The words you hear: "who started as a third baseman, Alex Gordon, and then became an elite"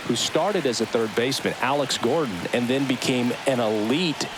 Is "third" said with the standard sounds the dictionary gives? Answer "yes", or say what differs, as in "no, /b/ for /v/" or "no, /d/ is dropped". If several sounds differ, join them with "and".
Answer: yes